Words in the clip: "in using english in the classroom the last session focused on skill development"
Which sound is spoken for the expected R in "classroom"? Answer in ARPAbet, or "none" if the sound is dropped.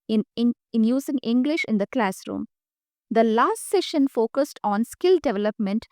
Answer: R